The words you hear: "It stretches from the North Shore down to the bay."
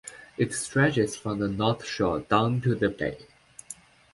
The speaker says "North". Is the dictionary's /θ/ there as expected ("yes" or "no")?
yes